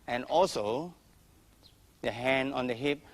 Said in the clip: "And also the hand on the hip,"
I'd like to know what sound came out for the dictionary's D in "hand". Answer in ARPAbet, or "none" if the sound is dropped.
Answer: none